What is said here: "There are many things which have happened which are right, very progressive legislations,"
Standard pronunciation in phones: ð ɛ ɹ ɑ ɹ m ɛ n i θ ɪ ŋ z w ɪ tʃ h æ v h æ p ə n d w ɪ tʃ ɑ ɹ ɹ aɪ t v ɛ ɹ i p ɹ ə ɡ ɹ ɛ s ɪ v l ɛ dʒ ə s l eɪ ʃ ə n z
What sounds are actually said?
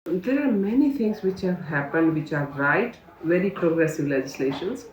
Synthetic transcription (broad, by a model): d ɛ ɹ ɑ ɹ m ɛ n i t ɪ ŋ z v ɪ tʃ h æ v h æ p ə n d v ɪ tʃ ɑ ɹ ɹ aɪ t v ɛ ɹ i p ɹ ə ɡ ɹ ɛ s ɪ v l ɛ dʒ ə s l eɪ ʃ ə n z